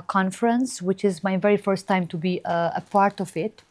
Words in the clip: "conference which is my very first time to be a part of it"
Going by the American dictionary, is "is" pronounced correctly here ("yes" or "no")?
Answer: yes